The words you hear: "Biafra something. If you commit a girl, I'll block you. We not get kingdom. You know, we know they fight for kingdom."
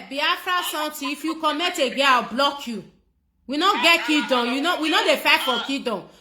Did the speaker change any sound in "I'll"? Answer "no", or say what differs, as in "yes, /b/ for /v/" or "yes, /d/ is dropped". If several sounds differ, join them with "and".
yes, /w/ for /l/